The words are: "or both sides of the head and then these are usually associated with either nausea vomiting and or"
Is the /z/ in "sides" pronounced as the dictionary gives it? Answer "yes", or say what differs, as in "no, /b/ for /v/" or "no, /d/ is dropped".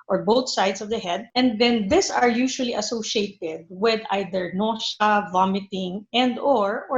no, /s/ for /z/